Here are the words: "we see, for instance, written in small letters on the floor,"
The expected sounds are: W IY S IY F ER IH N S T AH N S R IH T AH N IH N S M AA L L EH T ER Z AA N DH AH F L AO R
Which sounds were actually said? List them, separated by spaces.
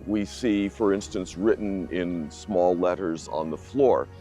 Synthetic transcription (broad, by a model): W IY S IY F ER IH N S T AH N S R IH T N IH N S M AA L L EH T ER Z N DH AH F L AO R